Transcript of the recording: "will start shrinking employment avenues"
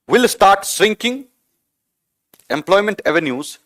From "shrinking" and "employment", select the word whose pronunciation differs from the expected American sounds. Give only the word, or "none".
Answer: shrinking